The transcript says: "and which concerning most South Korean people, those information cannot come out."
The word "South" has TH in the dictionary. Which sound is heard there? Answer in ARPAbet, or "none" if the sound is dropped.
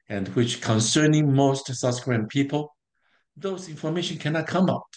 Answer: S